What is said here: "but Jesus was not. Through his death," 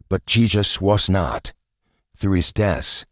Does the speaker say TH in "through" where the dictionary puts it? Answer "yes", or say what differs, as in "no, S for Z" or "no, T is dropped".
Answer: yes